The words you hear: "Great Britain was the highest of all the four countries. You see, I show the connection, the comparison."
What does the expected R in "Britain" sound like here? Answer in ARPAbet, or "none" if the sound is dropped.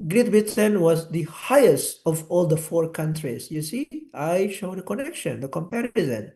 none